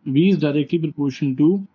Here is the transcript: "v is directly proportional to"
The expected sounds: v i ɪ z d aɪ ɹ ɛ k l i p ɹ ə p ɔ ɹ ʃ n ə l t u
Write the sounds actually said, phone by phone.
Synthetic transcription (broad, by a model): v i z d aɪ ɹ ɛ k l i p ɹ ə p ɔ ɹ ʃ ə n t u